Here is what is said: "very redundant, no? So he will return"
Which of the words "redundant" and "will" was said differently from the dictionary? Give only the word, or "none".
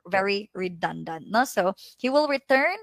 none